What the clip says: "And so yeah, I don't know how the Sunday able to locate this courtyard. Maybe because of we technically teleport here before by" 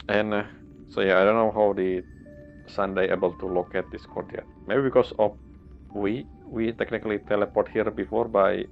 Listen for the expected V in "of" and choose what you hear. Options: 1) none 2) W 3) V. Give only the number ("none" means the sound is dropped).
2